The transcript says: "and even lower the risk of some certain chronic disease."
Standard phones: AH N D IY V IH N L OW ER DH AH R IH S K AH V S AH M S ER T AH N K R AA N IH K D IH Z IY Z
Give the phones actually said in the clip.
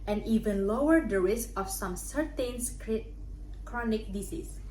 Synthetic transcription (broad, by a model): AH N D IY V IH N L OW ER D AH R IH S AH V S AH M S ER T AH N K R AA N IH K D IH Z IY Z